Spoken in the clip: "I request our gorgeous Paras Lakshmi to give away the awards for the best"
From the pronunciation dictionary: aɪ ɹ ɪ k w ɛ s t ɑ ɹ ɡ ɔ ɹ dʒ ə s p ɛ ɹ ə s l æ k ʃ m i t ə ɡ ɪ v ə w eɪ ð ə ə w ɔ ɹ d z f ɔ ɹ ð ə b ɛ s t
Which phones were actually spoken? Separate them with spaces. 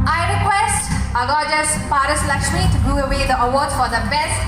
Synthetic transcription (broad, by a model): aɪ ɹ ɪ k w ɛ s t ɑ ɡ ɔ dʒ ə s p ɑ ɹ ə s l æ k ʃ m i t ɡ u ə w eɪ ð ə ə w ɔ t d f ɔ ɹ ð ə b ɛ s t